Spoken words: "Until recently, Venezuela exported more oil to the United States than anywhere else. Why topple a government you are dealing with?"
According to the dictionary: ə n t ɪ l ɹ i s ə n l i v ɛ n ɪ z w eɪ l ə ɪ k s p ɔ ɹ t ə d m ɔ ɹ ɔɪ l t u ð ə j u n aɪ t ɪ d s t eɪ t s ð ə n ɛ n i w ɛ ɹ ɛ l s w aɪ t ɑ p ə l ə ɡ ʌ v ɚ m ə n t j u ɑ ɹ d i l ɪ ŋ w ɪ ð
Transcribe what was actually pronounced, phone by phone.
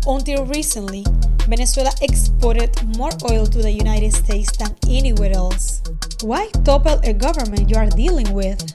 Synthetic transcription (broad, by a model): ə n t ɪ l ɹ i s ə n l i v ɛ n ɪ s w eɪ l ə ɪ k s p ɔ ɹ t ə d m ɔ ɹ ɔɪ l t u ð ə j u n aɪ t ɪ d s t eɪ t s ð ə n ɛ n i w ɛ ɹ ɛ l s w aɪ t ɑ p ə l ə ɡ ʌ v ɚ m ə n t j u ɑ ɹ d i l ɪ ŋ w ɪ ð